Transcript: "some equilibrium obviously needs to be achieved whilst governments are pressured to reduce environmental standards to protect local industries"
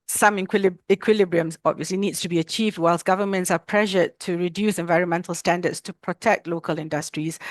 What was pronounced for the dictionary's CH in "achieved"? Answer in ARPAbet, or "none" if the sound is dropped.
CH